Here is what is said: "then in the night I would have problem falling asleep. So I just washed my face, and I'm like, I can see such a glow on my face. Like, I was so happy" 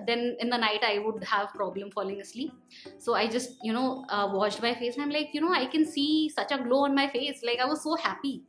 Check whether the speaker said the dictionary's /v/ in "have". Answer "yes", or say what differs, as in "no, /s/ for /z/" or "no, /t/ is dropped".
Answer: yes